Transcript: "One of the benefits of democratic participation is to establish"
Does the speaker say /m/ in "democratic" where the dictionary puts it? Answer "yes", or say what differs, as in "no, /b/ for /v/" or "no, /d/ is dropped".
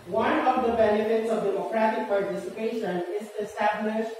no, /m/ is dropped